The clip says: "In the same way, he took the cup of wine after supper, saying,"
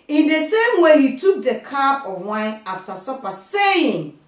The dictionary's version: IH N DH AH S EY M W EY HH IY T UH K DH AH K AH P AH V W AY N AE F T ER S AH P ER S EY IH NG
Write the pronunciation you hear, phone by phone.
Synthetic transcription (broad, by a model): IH N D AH S EY M W EY HH IY T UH K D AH K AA B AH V W AY N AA F T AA S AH P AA S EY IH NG